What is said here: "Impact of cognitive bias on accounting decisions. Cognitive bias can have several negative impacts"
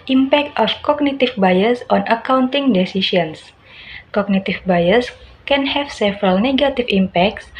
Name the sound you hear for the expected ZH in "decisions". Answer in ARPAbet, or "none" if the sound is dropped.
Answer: S